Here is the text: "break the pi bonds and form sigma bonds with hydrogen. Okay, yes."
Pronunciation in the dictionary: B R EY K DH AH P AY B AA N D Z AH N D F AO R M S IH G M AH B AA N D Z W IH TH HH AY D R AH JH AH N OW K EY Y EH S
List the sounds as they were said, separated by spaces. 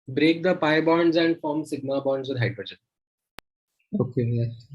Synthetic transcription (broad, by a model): B R EY K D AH P AY B AA N D Z AH N D F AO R M S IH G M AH B AA N D Z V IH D HH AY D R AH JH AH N OW K EY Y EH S